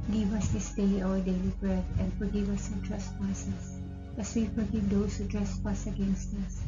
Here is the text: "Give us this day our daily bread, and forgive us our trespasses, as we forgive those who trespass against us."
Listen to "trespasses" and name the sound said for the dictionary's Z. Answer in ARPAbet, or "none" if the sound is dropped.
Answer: S